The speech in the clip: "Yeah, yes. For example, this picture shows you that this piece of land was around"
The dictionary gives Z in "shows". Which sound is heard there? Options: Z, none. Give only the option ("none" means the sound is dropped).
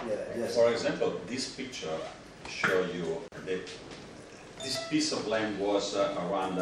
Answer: none